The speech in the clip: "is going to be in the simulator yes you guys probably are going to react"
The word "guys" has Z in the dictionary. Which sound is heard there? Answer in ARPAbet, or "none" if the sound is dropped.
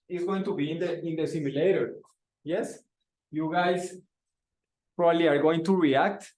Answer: S